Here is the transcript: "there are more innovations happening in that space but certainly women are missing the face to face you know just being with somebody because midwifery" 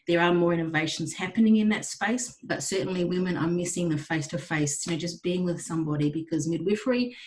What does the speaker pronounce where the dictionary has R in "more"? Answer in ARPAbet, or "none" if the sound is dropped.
R